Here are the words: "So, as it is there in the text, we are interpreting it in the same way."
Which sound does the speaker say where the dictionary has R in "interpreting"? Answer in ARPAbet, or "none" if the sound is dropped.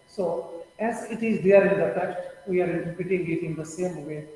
none